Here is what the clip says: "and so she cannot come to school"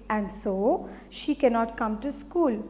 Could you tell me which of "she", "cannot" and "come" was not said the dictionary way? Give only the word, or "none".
none